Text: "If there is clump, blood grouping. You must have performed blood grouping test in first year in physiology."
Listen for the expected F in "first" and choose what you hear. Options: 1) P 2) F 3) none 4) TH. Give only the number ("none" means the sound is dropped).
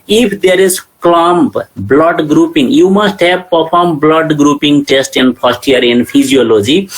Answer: 1